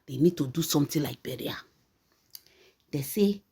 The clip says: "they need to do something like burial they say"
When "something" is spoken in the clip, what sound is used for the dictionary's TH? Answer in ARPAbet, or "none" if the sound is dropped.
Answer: T